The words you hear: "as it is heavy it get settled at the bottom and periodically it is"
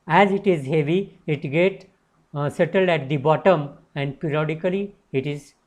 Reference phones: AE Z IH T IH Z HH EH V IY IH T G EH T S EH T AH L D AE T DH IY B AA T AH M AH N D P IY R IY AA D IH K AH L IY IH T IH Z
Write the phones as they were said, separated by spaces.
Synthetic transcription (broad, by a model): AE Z IH T IH Z HH EH V IY IH T G EH T S EH T AH L D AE T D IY B AA T AH M AH N D P IY R IY AA D IH K AH L IY IH T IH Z